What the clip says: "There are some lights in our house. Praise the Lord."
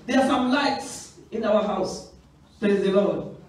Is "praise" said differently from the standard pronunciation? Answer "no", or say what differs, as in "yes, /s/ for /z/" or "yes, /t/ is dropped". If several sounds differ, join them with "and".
yes, /ɹ/ is dropped